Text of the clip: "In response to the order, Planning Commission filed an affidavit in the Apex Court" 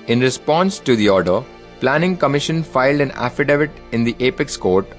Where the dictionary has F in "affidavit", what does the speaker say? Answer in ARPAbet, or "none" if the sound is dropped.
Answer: F